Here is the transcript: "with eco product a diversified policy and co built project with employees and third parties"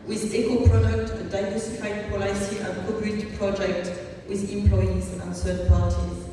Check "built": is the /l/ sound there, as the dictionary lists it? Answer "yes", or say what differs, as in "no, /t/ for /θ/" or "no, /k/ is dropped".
no, /l/ is dropped